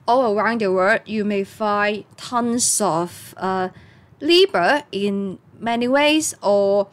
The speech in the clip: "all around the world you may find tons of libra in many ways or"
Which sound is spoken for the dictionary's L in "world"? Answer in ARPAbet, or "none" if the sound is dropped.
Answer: none